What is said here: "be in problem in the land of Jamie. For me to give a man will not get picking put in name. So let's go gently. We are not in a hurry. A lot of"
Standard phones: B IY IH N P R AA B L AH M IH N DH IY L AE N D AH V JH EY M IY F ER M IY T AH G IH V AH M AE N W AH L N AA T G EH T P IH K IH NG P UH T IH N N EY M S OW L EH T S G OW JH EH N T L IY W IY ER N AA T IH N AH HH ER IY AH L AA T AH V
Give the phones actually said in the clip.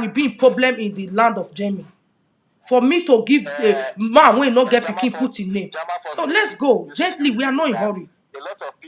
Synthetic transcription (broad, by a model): B IY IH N P R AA B L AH M IH N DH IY L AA N D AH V JH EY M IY F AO M IY T AH G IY V AH M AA N W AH N N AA G EH T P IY K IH P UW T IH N N EY M S OW L EH T S G OW JH EH N T L IY W IY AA N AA IH N HH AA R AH